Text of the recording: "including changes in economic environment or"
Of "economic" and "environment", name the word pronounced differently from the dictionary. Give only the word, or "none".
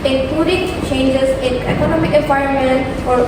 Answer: environment